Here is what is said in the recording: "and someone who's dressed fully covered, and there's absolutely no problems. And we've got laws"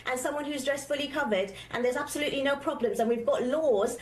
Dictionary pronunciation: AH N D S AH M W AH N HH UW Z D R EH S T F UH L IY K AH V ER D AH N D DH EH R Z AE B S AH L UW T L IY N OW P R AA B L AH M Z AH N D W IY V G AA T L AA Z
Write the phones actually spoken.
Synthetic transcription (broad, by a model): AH N S AH M W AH N HH UW Z D R EH S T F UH L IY K AH V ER D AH N DH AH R Z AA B S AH L UW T L IY N OW P R AA B L AH M Z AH N W IY V G AA T L AA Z